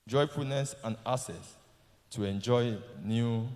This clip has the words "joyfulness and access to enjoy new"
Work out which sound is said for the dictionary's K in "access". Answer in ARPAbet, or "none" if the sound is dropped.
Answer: none